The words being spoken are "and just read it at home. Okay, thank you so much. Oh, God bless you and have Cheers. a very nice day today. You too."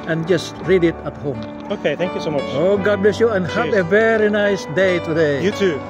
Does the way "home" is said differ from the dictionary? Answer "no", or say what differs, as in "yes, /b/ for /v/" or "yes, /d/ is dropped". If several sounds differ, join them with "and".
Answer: no